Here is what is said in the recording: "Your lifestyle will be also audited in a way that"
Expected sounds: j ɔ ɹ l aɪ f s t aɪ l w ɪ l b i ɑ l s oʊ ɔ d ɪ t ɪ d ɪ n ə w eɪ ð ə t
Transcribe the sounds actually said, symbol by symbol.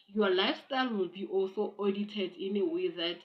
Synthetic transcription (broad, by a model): j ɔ l aɪ f s t aɪ l w ɪ l b i ɑ l s oʊ ɔ d ɪ t ɪ d ɪ n ə w eɪ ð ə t